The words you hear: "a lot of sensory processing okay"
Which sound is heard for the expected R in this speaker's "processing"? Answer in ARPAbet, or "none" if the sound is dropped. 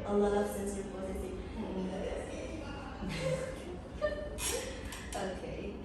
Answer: none